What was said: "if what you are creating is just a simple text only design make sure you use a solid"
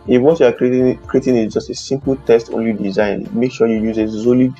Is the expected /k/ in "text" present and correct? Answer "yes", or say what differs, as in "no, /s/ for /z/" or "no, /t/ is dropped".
no, /k/ is dropped